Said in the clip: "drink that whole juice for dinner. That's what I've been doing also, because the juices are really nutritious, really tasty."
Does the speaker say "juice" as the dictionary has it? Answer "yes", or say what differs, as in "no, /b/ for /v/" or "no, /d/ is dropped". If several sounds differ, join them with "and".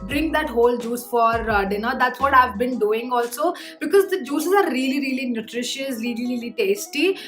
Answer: yes